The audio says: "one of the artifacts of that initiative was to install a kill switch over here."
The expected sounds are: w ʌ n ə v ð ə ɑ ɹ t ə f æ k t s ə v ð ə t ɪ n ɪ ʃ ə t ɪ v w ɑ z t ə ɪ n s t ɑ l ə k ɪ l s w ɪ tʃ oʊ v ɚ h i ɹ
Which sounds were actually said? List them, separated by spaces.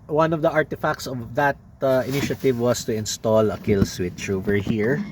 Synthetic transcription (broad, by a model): w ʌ n ə v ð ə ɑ ɹ t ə f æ k t s ə v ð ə t ɪ n ɪ ʃ ə t ɪ v w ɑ s t ə ɪ n s t ɑ l ə k ɪ l s w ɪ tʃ oʊ v ɚ h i ɹ